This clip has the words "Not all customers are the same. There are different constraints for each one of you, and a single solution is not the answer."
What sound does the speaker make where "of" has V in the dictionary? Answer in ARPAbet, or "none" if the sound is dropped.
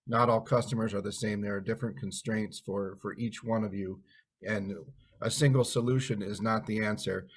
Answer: V